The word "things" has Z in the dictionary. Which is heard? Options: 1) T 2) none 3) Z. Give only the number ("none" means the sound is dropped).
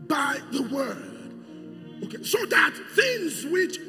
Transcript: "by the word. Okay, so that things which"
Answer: 3